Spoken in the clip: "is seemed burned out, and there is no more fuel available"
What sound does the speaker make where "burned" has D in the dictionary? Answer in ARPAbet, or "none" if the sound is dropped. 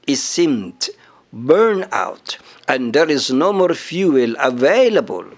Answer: none